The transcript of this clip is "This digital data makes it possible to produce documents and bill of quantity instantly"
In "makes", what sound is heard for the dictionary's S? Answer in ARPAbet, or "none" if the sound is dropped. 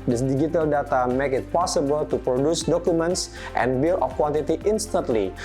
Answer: none